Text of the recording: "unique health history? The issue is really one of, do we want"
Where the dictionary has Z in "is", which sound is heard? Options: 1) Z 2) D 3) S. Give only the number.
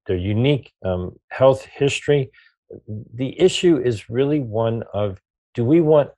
1